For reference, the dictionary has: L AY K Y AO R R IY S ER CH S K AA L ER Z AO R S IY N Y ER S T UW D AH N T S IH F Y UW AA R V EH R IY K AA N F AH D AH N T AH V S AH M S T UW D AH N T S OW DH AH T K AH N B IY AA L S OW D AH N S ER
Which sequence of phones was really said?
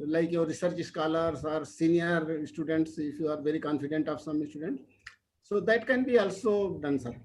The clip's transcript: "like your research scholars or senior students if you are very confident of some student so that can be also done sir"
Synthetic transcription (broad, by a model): L AY K Y AO R R IY S ER CH S K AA L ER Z AO R S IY N Y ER S T UW D AH N T S IH F Y UW AA R V EH R IY K AA N F AH D AH N T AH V S AH M S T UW D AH N T S OW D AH T K AH N B IY AA L S OW D AH N S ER